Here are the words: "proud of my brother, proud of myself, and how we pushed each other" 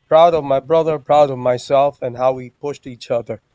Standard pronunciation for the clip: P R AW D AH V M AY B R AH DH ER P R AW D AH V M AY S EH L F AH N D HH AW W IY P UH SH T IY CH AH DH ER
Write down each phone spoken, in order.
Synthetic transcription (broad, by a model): P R AW D AH V M AY B R AH DH ER P R AW D AH V M AY S EH L F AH N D HH AW W IY P UH SH T IY CH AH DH ER